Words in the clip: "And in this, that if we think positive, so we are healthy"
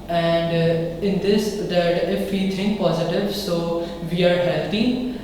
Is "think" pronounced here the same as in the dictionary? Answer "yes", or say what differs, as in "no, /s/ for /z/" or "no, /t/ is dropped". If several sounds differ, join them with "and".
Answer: no, /t/ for /θ/